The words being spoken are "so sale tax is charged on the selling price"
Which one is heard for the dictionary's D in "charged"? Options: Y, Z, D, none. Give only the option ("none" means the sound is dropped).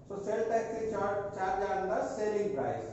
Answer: none